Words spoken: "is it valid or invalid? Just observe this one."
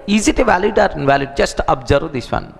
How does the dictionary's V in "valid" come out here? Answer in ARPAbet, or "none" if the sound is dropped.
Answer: V